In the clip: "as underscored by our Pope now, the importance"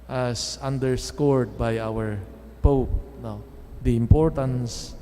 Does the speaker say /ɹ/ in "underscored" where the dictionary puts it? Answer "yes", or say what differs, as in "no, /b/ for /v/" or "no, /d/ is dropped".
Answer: yes